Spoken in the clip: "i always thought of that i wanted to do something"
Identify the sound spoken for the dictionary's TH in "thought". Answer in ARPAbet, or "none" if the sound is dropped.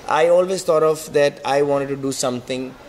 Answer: T